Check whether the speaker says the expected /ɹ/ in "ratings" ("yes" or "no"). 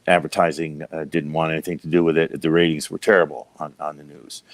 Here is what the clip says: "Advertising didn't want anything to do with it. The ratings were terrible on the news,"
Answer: yes